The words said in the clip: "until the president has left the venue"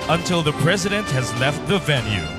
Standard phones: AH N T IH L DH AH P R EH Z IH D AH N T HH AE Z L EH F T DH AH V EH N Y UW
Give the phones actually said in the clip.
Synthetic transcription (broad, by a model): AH N T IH L DH AH P R EH Z IH D AH N T HH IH Z L EH F T DH AH V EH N Y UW